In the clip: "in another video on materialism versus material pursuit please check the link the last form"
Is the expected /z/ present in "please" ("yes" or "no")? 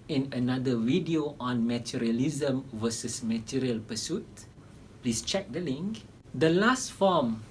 no